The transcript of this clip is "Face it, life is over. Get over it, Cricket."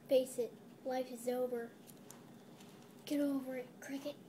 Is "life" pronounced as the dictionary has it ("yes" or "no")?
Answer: yes